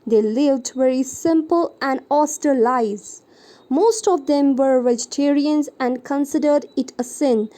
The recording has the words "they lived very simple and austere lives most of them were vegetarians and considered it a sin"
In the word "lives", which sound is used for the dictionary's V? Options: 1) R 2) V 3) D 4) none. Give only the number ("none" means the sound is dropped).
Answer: 4